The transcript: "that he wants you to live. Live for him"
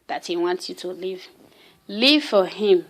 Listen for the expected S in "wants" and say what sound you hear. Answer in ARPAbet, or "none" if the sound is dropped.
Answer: none